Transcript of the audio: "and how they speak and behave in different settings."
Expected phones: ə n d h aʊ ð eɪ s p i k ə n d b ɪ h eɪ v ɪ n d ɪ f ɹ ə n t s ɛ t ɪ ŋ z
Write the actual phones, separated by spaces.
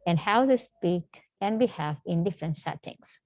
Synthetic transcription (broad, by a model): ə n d h aʊ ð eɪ s p i k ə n b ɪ h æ f ɪ n d ɪ f ɹ ə n t s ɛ t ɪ ŋ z